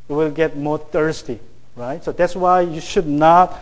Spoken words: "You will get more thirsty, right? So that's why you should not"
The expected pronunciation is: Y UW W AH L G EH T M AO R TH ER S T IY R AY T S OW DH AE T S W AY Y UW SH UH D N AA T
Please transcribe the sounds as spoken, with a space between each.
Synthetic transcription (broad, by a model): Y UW W AH L G EH T M AO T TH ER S T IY R AY T S OW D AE T S W AY Y UW SH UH D N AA T